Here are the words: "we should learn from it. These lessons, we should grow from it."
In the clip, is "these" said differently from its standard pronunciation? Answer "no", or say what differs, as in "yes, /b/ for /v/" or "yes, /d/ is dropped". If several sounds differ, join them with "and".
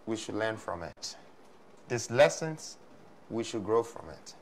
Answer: yes, /s/ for /z/